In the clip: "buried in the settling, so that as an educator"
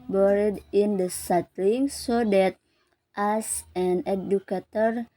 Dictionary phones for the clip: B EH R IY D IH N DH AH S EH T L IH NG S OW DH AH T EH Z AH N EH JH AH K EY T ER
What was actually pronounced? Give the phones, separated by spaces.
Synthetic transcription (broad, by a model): B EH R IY D IH N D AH S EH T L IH NG S OW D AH T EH S AH N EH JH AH K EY T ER